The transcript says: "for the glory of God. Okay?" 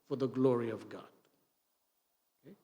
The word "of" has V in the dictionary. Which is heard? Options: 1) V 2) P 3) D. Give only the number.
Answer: 1